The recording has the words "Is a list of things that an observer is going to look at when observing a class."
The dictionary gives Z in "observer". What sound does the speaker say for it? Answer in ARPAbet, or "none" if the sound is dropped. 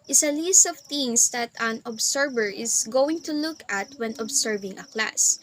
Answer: S